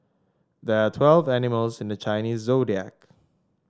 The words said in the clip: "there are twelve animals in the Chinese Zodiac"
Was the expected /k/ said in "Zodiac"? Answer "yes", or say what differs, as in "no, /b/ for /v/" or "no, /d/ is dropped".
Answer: yes